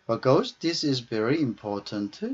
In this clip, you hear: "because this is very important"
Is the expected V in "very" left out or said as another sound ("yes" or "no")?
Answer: no